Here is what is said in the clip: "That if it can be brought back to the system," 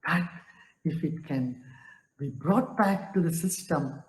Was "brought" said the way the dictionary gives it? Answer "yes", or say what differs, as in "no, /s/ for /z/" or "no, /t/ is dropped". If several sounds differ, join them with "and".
yes